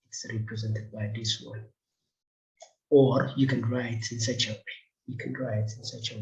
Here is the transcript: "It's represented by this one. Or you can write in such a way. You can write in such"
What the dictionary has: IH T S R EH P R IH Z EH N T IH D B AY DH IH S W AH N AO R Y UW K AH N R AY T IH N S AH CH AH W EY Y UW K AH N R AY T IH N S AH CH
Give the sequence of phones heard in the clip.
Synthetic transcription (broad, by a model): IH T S R EH P R IH Z EH N T IH D B AY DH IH S W AH N AO R Y UW K AH N R AY T IH N S AH CH AH W EY Y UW K AH N R AY T IH N S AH CH